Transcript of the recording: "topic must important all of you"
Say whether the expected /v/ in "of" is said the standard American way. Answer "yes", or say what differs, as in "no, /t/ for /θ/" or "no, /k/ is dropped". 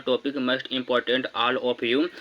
no, /p/ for /v/